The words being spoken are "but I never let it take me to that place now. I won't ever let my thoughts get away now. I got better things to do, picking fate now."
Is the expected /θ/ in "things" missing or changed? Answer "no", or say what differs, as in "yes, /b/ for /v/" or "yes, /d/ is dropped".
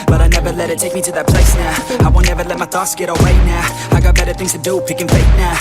no